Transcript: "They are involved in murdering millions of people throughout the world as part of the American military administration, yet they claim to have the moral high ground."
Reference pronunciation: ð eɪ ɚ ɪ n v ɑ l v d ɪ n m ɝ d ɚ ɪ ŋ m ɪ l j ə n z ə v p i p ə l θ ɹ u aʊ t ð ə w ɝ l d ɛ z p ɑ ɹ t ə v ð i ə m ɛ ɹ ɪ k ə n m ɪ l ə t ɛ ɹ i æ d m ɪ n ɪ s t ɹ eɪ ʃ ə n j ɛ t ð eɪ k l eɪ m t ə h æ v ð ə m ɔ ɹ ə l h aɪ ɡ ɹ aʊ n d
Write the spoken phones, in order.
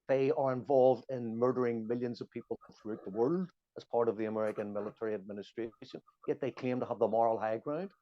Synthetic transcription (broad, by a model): ð eɪ ɚ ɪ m v ɑ l v d ɪ n m ɝ d ɚ ɪ ŋ m ɪ l j ə n z ə v p i p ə θ ɹ u aʊ t ð ə w ɝ l d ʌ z p ɑ ɹ t ə v ð i ə m ɛ ɹ ɪ k ə n m ɪ l ə t ɛ ɹ i æ d m ɪ n ɪ s t ɹ eɪ ʃ ə n j ɛ t ð eɪ k eɪ m t ə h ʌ v ð ə m ɔ ɹ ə l h aɪ ɡ ɹ aʊ n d